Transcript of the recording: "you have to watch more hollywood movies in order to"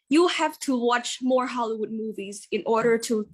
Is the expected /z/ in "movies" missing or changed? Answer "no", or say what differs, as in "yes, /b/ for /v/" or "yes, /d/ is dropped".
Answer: no